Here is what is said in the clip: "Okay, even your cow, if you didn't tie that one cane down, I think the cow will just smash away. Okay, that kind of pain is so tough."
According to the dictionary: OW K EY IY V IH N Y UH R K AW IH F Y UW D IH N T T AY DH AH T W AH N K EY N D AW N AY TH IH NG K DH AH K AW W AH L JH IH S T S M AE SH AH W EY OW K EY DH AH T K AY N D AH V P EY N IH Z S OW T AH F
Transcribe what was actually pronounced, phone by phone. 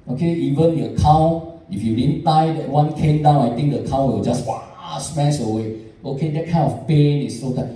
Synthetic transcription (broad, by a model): OW K EY IY V IH N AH K AW IH F Y UW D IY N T T AY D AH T W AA N K EY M D AW N AY T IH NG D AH K AW W AH L JH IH S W S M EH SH AH W EY OW K EY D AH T K AY N AH F P EY N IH S OW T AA